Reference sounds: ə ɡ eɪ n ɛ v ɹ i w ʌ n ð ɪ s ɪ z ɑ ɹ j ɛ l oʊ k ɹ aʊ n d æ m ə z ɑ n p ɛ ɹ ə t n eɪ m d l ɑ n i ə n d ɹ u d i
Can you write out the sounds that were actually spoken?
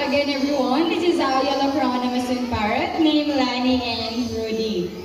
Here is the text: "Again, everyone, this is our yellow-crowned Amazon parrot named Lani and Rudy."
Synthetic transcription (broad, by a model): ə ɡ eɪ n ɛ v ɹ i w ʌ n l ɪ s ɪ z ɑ w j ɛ l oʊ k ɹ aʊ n ʌ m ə s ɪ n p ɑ ɹ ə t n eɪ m l ɑ n i ə n d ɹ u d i